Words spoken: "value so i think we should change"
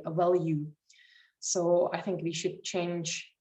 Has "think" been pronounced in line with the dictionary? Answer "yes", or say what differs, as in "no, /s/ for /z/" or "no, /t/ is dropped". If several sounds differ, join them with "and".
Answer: yes